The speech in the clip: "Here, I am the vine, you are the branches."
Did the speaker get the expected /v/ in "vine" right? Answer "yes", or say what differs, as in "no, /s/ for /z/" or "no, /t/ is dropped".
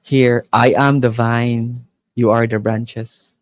yes